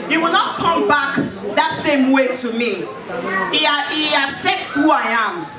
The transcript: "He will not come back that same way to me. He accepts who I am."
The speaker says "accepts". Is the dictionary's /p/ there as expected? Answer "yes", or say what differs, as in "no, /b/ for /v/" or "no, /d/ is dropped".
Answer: no, /p/ is dropped